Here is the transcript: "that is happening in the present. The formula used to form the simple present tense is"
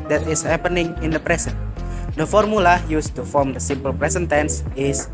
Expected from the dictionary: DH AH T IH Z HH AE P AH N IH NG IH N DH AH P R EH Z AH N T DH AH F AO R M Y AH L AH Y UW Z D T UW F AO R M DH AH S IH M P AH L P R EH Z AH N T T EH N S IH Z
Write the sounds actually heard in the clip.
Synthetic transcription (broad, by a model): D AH T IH S HH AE P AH N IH NG IH N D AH P R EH S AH N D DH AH F AO R M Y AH L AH Y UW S T UW F AO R M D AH S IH M P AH L P R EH S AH N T T EH N S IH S